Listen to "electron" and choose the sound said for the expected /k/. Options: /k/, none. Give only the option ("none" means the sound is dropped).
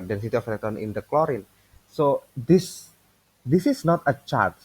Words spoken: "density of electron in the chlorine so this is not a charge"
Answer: none